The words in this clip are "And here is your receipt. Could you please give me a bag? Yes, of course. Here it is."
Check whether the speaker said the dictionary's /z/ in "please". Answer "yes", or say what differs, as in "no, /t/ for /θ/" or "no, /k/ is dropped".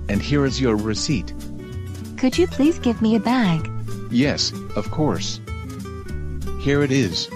yes